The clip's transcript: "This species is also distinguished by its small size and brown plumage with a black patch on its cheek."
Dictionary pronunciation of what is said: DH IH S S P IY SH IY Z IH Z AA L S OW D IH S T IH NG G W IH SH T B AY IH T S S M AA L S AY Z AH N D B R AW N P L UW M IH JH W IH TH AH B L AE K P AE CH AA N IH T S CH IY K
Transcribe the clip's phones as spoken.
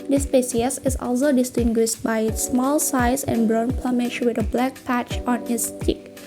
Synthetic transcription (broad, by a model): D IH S S P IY S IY S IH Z AA L S OW D IH S T IH NG G W IH SH T B AY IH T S S M AA L S AY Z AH N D B R AW N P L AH M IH SH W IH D AH B L AE K P AE CH AA N IH T S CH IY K